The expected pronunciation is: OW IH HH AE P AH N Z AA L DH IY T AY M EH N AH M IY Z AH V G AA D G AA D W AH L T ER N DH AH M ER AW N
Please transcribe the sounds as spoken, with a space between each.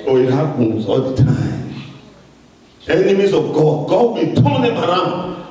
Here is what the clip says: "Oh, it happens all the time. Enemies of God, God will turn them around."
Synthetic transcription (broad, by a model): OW IH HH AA AH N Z AA L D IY T AY M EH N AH M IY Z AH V G AA D G AA D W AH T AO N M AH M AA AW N